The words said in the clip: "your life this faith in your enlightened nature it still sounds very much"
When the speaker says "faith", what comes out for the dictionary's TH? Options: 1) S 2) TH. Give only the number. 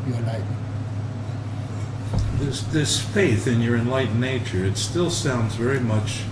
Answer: 2